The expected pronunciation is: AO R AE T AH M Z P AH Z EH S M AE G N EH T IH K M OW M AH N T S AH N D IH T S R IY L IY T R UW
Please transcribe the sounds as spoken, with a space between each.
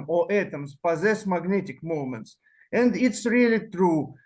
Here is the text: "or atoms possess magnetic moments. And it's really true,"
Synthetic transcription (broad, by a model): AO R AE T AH M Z P AH Z EH S M AE G N EH T IH K M OW M AH N T S AH N D IH T S R IY L IY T R UW